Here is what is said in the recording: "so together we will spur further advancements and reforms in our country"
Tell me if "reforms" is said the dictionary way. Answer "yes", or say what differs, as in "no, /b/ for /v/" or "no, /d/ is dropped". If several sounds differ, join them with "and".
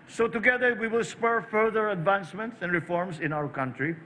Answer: no, /s/ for /z/